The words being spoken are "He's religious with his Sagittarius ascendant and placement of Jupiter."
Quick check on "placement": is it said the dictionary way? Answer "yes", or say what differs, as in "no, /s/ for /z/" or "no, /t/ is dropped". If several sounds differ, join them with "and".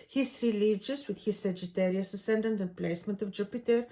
yes